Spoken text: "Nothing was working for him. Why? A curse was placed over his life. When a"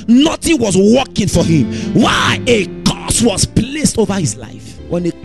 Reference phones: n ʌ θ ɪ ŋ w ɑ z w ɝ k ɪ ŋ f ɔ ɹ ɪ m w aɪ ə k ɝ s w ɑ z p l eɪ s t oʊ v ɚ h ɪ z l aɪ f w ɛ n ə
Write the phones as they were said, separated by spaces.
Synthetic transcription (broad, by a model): n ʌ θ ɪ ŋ w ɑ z w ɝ k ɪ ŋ f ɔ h ɪ m w aɪ ə k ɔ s w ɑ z p l eɪ s t oʊ v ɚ h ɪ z l aɪ f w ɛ n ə